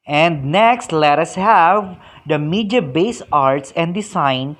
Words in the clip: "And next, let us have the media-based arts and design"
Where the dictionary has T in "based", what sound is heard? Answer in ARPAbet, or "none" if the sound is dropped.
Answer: none